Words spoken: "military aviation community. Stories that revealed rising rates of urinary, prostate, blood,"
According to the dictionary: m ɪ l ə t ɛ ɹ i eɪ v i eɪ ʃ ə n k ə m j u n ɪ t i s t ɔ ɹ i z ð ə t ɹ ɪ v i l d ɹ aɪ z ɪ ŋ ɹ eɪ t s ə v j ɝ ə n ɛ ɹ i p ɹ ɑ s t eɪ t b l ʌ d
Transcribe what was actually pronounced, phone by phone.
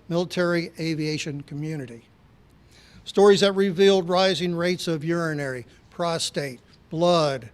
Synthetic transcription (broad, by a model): m ɪ l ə t ɛ ɹ i eɪ v i eɪ ʃ ə n k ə m j u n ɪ t i s t ɔ ɹ i z ð ə t ɹ ɪ v i l d ɹ aɪ z ɪ ŋ ɹ eɪ t s ə v j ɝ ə n ɛ ɹ i p ɹ ɑ s t eɪ t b l ʌ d